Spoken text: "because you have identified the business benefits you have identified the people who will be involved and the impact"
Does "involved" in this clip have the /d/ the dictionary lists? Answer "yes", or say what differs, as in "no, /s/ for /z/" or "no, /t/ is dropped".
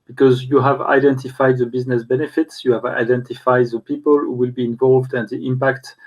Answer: yes